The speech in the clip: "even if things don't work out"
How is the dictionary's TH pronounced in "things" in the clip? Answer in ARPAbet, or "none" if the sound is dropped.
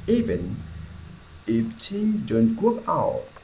T